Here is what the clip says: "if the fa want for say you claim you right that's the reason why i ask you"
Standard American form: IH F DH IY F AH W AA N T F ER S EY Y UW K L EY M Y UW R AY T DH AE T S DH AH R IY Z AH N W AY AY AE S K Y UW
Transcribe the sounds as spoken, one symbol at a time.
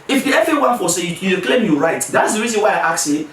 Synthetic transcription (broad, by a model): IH F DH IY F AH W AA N F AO S EY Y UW K L EY M Y UW R AY T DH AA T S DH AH R IY Z AH N W AY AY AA K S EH